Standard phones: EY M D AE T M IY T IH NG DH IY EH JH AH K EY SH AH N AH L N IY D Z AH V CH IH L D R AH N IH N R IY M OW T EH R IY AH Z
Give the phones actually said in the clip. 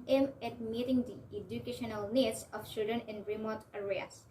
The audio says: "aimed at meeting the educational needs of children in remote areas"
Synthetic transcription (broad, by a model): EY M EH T M IY T IH NG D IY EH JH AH K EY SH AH N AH L N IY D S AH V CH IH D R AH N IH N R IY M OW T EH R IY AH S